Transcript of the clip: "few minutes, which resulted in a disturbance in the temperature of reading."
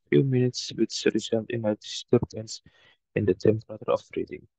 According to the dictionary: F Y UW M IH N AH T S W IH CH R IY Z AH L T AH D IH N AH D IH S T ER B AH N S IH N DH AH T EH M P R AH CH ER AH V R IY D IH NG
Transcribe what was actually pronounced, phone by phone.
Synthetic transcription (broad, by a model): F Y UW M IH N AH T S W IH S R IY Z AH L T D IH N AH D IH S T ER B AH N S IH N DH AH T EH M P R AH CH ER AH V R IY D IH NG